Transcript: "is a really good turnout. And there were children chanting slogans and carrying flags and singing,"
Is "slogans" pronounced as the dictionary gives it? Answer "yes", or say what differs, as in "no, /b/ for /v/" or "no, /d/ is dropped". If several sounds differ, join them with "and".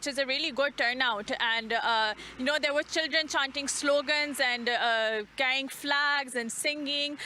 yes